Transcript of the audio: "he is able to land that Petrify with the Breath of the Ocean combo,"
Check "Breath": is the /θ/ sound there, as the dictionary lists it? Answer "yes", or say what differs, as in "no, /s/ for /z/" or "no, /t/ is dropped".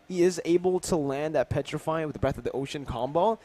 yes